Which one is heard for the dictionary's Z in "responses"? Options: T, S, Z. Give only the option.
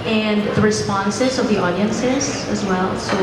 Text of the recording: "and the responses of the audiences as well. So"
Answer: Z